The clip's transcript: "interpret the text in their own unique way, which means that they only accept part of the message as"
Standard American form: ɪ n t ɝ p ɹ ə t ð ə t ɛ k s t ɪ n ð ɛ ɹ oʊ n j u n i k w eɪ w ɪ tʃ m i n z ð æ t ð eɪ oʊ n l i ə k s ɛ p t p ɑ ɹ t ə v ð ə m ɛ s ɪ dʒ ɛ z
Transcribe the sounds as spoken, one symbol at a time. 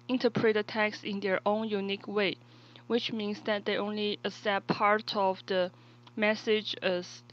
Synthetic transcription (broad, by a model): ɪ n t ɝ p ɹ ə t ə t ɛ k s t ɪ n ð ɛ ɹ oʊ n j u n i k w eɪ w ɪ tʃ m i n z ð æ t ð eɪ oʊ n l i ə s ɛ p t p ɑ ɹ t ə v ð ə m ɛ s ɪ dʒ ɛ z